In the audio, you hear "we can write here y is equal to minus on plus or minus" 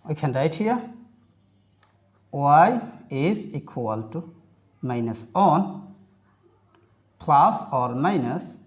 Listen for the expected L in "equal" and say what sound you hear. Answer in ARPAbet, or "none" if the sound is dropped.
L